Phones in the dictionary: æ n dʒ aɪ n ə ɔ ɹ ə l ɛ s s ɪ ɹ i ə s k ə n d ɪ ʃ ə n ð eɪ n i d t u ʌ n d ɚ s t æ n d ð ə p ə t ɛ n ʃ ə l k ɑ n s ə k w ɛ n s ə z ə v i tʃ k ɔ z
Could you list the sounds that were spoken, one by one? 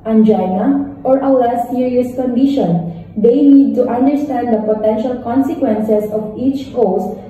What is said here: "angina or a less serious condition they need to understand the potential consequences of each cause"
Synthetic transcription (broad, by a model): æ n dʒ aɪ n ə ɔ ɹ ə w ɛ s s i ɹ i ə s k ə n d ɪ ʃ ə n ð eɪ n i d t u ʌ n d ɚ s t æ n d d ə p ə t ɛ n ʃ ə l k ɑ n s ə k w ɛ n s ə s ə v i tʃ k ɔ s